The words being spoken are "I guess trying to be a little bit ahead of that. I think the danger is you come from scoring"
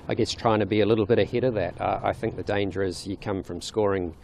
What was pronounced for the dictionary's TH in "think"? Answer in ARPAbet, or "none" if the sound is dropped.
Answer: TH